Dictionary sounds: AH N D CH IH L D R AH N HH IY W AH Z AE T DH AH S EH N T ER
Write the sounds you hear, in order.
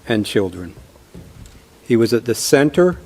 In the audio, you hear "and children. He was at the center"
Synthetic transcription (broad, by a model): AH N CH IH L D R AH N HH IY W AH Z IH T DH AH S EH N T ER